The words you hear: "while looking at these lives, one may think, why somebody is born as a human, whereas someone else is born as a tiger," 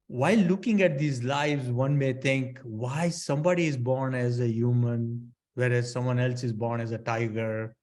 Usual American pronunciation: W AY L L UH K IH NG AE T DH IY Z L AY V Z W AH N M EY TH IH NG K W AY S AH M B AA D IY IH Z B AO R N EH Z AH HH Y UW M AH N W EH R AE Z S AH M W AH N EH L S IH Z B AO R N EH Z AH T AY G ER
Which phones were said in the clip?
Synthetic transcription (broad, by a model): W AY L L UH K IH NG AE T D IY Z L AY V Z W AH N M EY T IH NG K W AY S AH M B AA D IY IH Z B AO R N EH Z AH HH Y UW M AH N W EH R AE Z S AH M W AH N EH L S IH Z B AO R N EH Z AH T AY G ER